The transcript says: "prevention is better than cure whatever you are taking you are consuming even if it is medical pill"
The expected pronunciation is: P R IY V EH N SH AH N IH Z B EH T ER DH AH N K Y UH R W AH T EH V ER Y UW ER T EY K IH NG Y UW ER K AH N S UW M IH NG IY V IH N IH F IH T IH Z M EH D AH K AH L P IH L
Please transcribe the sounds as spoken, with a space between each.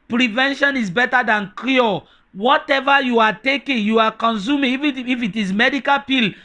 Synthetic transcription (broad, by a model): P R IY V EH N SH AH N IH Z B EH T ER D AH N K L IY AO W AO T EH V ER Y UW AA T EY K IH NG Y UW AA K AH N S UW M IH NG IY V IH IH F IH T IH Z M EH D AH K AH L P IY L